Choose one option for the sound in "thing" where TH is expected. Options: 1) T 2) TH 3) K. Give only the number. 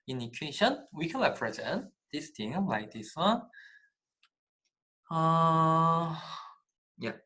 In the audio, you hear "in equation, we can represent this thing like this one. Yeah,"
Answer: 1